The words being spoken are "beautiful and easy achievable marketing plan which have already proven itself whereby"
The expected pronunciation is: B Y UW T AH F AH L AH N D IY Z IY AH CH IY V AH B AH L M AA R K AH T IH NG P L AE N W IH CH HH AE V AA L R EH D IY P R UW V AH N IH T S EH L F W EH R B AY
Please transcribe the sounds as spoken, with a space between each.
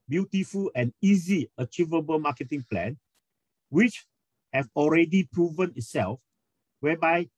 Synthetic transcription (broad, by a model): B Y UW T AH F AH L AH N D IY Z IY AH CH IY V AH B AH L M AA K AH T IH NG P L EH N W IH CH HH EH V AA L R EH D IY P R UW V AH N IH T S EH L F W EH B AY